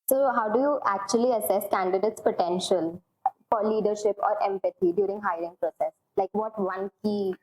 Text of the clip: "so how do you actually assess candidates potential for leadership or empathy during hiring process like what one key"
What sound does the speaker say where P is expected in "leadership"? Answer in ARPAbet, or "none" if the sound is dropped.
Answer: P